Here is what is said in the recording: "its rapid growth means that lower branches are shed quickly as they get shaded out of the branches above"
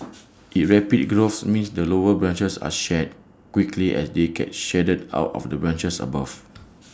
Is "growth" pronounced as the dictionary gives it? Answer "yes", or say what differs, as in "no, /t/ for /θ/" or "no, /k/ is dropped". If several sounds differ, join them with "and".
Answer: no, /s/ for /θ/